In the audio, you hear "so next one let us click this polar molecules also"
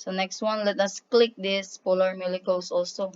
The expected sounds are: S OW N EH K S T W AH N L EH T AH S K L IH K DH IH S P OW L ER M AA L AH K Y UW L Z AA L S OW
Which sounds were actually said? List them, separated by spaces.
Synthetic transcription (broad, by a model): S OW N EH K S T W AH N L EH T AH S K L IH K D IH S P OW L ER M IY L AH K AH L S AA L S OW